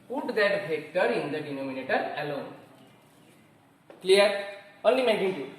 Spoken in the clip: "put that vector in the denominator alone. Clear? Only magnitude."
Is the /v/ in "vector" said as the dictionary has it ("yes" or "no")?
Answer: no